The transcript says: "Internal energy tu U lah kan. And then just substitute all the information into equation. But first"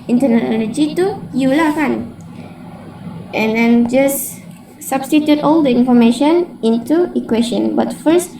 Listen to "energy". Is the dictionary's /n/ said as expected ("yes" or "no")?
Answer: no